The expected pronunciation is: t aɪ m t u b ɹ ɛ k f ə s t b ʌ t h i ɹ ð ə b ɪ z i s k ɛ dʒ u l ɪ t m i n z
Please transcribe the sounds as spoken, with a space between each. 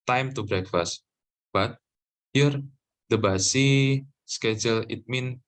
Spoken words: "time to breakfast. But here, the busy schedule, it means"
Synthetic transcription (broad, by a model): t aɪ m t u b ɹ ɛ k f ə s t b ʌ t h i ɹ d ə b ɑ s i s k ɛ dʒ u l ɪ t m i n